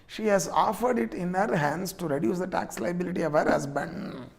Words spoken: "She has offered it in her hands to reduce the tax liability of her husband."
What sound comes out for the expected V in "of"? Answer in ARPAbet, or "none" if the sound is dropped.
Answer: V